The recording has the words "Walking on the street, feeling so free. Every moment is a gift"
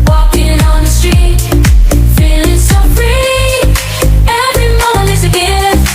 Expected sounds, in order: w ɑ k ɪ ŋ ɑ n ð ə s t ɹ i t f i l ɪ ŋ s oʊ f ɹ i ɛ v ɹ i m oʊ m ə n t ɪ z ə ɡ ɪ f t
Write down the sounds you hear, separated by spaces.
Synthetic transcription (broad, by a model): w ɑ k ɪ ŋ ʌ n ð ə s t ɹ i t f i l ɪ ŋ s oʊ f ɹ i ɛ v ɹ i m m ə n ɪ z ə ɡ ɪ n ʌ